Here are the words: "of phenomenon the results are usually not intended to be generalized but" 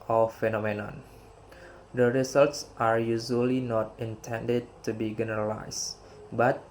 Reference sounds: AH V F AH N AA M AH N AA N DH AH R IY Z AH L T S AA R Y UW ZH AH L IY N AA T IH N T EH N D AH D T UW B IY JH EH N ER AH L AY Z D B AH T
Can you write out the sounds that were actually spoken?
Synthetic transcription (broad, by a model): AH F AH N AA M AH N AA N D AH R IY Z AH L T S AA R Y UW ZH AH L IY N AA T IH N T EH N D AH D T UW B IY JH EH N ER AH L AY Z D B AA T